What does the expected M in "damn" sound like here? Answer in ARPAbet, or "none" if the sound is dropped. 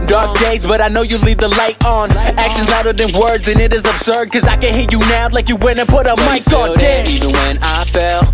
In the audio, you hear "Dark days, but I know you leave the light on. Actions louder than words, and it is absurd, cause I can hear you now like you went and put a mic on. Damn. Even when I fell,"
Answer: none